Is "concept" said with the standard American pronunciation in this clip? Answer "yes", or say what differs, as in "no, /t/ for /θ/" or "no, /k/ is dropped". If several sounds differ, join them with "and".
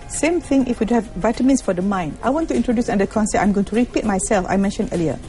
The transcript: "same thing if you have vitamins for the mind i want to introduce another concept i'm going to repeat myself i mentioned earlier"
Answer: no, /p/ is dropped